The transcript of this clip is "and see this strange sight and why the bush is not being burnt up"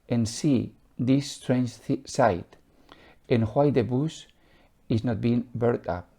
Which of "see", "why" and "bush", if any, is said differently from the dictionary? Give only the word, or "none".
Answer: bush